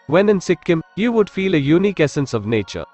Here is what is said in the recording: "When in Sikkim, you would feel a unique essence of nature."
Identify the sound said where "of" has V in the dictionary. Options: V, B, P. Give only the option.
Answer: V